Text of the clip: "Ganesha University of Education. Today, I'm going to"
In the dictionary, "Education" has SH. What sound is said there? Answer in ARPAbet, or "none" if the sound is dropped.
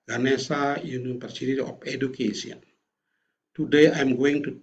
S